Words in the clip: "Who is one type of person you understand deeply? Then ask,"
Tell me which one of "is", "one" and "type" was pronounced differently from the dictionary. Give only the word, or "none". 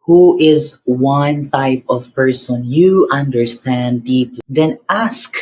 none